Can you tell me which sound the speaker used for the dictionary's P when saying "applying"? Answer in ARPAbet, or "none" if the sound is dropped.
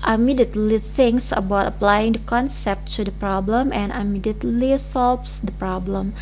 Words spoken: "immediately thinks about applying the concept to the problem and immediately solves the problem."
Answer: P